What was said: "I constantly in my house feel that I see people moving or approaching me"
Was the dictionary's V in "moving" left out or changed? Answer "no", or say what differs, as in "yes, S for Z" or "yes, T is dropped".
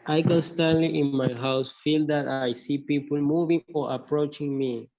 no